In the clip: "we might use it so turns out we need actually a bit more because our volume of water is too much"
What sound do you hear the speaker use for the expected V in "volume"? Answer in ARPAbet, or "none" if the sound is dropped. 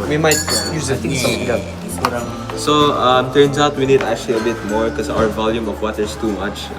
V